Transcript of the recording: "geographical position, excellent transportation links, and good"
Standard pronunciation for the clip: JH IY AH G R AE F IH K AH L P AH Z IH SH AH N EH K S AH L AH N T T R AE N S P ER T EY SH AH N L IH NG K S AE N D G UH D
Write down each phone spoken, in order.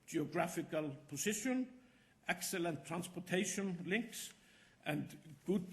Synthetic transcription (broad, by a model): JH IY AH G R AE F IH K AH L P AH S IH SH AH N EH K S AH L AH N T T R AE N S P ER T EY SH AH N L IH NG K S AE N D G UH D